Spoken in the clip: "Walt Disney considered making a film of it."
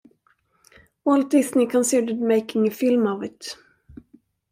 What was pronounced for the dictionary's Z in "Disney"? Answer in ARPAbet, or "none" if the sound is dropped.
S